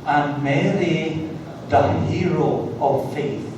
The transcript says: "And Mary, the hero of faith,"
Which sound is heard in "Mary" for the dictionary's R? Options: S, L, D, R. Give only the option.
L